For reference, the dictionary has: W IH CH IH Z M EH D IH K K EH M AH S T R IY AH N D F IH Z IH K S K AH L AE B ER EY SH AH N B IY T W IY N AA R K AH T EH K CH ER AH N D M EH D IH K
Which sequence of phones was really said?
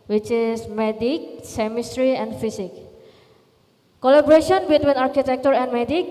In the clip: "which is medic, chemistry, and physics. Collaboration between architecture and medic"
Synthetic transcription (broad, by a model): W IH CH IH S M EH D IH K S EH M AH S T R IY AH N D F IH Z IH K K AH L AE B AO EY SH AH N B IY T W IY N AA R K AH T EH K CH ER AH N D M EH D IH K